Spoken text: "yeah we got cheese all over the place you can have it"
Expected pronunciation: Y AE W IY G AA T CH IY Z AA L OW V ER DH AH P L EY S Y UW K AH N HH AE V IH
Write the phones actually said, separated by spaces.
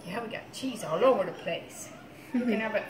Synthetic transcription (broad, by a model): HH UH W IY G AA T CH IY Z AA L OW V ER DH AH P L EY S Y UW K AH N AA B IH